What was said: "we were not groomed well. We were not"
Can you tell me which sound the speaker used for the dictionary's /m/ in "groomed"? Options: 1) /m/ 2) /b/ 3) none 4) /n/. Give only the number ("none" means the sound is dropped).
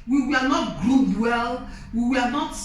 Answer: 3